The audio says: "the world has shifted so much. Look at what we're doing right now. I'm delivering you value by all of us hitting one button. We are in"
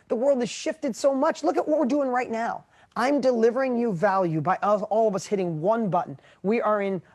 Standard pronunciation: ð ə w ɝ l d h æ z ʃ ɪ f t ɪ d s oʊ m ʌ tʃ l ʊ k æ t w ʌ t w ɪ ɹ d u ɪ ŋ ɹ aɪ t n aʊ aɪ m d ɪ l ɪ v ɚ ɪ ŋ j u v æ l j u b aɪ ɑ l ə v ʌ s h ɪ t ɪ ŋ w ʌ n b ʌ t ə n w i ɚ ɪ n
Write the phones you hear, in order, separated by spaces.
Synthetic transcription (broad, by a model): ð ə w ɝ l d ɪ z ʃ ɪ f t ɪ d s oʊ m ʌ tʃ l ʊ k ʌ t w ʌ t w ɪ ɹ d u ɪ ŋ ɹ aɪ t n aʊ aɪ m d ɪ l ɪ v ɚ ɪ ŋ j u v æ l j u b aɪ ɑ l ə v ʌ s h ɪ t ɪ ŋ w ʌ n b ʌ t n w i ɚ ɪ n